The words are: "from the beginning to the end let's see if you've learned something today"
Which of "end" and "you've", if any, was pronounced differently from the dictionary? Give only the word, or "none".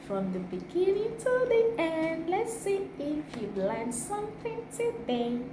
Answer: you've